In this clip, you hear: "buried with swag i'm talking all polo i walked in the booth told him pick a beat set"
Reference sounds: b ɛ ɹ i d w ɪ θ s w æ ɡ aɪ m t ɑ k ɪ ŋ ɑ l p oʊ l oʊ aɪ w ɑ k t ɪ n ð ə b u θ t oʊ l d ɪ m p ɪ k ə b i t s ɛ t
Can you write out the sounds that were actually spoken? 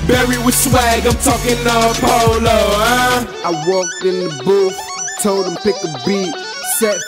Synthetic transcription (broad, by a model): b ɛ ɹ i w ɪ s w æ ɡ aɪ m t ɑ k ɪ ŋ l p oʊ l oʊ aɪ w ɑ k t ɪ n ð ə b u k t oʊ l d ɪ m p ɪ k ə b i t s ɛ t